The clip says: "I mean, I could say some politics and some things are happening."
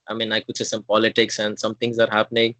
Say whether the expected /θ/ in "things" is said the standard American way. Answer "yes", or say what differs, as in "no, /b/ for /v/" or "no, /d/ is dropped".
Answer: no, /t/ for /θ/